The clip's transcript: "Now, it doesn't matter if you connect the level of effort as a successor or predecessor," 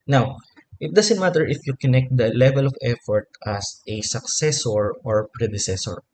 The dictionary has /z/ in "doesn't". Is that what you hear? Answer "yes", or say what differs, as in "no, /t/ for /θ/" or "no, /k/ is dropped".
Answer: no, /s/ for /z/